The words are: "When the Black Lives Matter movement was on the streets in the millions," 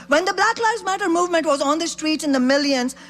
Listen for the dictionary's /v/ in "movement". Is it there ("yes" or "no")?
yes